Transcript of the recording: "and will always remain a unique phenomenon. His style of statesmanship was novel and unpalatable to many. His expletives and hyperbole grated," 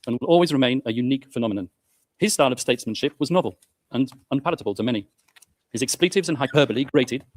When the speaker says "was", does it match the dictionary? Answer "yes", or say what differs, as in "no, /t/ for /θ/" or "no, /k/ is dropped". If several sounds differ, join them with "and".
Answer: yes